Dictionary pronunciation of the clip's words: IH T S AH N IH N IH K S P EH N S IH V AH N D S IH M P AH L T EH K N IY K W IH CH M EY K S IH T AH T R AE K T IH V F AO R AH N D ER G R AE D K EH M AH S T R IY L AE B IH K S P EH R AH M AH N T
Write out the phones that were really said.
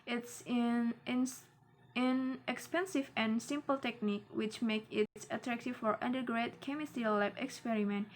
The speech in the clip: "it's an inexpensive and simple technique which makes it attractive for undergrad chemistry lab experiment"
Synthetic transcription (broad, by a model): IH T S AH N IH N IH K S P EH N S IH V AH N S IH M P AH L T EH K N IY K W IH CH M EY K IH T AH T R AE K T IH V F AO R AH N D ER G R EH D K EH M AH S T IY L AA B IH K S P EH R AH M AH N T